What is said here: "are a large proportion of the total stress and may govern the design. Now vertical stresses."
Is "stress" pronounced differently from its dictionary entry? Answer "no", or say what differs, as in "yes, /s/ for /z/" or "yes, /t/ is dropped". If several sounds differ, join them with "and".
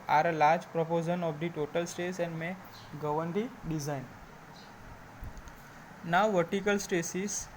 yes, /ɹ/ is dropped